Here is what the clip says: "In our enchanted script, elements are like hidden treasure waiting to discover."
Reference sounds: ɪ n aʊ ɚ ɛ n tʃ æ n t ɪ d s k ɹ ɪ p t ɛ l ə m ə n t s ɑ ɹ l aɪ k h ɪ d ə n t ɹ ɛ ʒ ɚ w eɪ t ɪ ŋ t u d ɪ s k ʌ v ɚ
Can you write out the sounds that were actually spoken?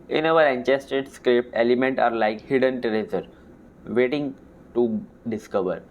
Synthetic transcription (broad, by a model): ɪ n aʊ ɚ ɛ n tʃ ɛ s t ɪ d s k ɹ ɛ p ɛ l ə m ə n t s ɑ ɹ l aɪ k h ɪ d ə n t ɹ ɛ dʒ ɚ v eɪ t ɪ ŋ t u d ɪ s k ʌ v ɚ